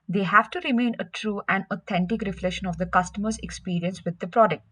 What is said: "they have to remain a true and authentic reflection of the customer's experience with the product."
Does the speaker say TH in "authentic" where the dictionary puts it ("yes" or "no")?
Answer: no